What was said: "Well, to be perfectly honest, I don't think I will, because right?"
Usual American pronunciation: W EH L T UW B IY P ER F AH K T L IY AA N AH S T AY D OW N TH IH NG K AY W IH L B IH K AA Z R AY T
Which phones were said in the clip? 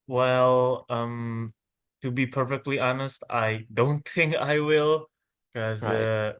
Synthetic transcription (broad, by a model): W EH L T UW B IY P ER F AH K T L IY AA N AH S T AY D OW N TH IH NG K AY W IH L K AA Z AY